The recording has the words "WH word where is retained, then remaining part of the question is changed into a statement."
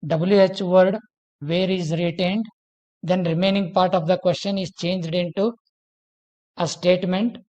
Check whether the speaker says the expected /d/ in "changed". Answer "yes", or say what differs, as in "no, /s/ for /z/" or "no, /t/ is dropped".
yes